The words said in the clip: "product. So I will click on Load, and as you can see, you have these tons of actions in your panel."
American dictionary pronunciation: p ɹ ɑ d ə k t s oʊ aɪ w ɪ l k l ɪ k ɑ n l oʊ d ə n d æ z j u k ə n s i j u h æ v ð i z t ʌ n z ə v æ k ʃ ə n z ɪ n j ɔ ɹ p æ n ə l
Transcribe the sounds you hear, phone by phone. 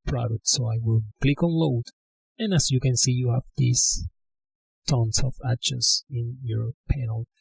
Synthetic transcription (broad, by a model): p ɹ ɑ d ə k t s oʊ aɪ w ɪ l k l ɪ k ɑ n l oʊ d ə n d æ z j u k ə n s i j u h æ v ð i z t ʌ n s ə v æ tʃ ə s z ɪ n j ɔ ɹ p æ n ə l